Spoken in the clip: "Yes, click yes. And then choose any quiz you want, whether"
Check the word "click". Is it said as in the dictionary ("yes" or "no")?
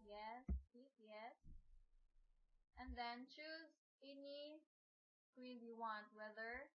no